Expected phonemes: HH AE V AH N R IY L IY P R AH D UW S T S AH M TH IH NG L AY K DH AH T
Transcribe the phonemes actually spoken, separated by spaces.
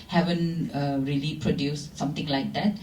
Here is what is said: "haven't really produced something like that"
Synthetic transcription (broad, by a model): HH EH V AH N R IY L IY P R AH D UW S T S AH M T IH NG L AY K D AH T